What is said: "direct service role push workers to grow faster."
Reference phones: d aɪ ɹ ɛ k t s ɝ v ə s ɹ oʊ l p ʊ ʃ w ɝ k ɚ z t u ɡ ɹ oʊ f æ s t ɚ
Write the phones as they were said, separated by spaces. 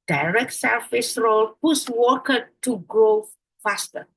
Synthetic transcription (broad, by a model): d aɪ ɹ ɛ k t s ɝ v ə s ɹ oʊ l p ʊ s w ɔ k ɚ t u ɡ ɹ oʊ f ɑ s t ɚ